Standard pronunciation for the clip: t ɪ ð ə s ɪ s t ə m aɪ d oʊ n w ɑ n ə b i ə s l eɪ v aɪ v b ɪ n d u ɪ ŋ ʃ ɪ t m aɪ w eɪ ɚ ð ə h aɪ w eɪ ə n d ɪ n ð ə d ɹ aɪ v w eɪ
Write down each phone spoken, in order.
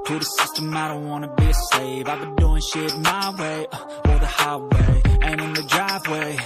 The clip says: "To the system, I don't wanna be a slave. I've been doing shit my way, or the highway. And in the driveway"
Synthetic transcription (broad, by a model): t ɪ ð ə s ɪ s t ə m aɪ d oʊ n w ɑ n ə b i ə s eɪ v aɪ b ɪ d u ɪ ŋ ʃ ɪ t m aɪ w eɪ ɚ ð ə h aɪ w eɪ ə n ɪ n ð ə d ɹ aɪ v w eɪ